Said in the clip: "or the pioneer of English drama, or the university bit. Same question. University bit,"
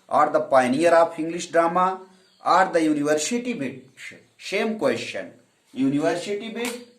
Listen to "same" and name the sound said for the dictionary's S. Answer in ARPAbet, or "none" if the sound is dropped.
SH